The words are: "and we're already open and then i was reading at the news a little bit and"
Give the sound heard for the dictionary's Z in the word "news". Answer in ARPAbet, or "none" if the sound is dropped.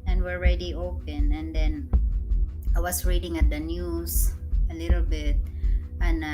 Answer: S